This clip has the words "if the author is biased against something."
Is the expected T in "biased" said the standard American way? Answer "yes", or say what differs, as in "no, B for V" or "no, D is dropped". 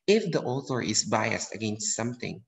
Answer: yes